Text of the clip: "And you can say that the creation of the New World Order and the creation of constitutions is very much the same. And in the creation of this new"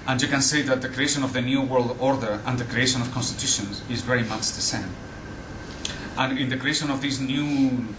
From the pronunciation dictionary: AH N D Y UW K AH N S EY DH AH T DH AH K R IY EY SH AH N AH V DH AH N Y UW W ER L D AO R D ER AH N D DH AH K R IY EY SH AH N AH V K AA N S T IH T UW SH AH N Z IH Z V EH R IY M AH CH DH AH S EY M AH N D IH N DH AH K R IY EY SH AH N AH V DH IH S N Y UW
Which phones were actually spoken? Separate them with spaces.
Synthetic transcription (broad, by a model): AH N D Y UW K AH N S EY DH AH T DH AH K R IY EY SH AH N AH V DH AH N Y UW W ER L D AO R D ER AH N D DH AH K R IY EY SH AH N AH V K AA N S T IH T UW SH AH N Z IH Z V EH R IY M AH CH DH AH S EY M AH N IH N DH AH K R IY EY SH AH N AH V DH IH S N Y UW